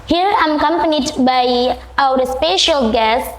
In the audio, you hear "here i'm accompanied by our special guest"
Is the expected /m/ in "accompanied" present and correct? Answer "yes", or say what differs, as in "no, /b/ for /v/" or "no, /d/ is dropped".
yes